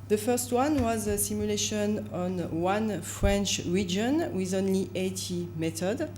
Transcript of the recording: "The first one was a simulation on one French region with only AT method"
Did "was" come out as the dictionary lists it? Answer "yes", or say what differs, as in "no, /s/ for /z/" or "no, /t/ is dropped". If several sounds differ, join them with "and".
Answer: yes